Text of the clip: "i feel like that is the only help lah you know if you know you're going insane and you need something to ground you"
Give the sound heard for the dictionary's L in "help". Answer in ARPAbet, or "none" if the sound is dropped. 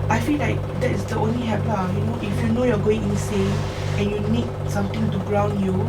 none